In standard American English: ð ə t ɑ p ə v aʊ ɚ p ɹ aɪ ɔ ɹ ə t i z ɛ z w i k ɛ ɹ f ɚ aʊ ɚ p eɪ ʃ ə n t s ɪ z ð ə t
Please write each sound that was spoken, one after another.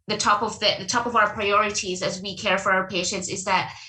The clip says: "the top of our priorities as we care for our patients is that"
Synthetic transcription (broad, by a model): ð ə t ɑ p ə v aʊ ɚ p ɹ aɪ ɔ ɹ ə t i z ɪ z w i k ɛ ɹ f ɚ aʊ ɚ p eɪ ʃ ə n t s ɪ z ð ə t